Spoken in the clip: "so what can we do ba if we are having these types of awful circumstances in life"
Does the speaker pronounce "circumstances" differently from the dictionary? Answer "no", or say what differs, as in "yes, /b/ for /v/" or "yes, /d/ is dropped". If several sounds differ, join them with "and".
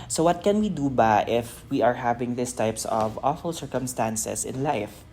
yes, /s/ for /z/